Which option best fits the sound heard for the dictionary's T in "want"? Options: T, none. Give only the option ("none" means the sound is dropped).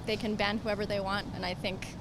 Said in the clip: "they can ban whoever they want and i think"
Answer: T